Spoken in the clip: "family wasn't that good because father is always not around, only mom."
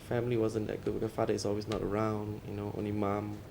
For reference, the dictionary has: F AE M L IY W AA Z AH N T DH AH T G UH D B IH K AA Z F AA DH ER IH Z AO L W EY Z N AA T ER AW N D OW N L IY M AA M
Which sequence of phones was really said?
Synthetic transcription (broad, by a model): F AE M L IY W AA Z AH N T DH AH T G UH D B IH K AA F AA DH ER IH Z AO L W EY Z N AA T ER AW N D OW N L IY M AA M